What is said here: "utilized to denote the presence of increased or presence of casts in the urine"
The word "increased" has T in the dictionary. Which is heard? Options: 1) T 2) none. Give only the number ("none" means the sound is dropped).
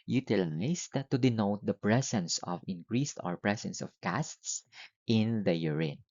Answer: 1